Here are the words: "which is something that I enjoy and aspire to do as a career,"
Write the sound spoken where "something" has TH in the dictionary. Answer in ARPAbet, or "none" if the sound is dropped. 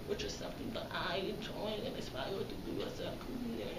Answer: TH